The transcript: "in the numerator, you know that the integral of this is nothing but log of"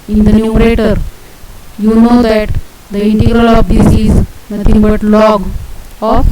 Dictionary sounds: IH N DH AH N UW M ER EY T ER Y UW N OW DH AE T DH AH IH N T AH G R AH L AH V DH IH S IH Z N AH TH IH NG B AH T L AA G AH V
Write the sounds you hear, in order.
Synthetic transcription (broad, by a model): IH N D AH N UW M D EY T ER Y UW N OW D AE T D AH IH N T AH G R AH L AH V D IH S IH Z N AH T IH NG B AH T L AA G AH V